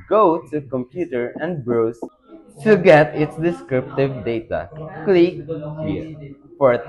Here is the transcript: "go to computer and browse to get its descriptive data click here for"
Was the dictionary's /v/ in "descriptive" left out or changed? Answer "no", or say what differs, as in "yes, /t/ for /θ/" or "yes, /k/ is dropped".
no